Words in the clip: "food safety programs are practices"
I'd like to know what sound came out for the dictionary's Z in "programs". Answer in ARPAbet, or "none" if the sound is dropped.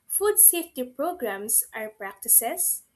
S